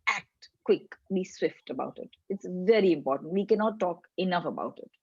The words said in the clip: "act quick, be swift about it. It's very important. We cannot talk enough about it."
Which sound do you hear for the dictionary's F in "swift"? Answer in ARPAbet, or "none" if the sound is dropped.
F